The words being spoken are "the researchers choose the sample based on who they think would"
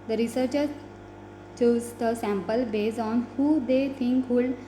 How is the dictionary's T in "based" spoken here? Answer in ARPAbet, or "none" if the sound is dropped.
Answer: none